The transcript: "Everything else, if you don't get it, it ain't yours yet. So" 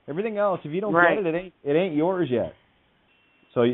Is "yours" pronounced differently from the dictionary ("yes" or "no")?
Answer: no